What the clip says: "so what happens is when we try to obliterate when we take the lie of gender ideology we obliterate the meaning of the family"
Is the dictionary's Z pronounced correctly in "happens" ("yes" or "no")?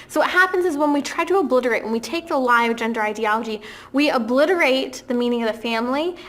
yes